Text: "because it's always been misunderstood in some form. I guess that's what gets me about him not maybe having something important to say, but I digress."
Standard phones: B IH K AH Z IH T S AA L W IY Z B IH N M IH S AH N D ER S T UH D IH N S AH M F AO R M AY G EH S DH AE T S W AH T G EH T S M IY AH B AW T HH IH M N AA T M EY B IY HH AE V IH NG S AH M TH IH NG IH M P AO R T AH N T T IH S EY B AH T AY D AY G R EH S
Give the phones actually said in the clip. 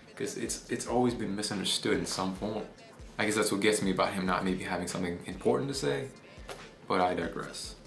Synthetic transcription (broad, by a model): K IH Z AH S IH T S AA L W IY Z B IH N M IH S AH N D ER S T UH D IH N S AH M P AO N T AY G EH S DH AE T S W AH T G EH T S M IY AH B AW T HH IH M N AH T M EY B IY HH AE V IH NG S AH M TH IH NG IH M P AO R T N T T IH S EY B AH T AY D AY G R EH S